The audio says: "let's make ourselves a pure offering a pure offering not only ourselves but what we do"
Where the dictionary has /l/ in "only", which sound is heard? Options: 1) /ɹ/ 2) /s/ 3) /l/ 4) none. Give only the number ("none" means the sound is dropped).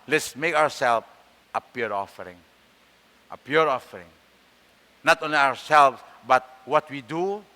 3